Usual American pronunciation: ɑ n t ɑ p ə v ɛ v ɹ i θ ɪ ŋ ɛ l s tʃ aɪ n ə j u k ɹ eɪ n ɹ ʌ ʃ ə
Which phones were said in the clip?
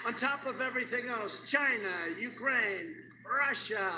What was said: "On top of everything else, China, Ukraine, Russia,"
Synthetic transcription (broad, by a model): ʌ n t ɑ p ə v ɛ v ɹ i θ ɪ ŋ ɛ l s tʃ aɪ n ə j u k ɹ eɪ n ɹ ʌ ʃ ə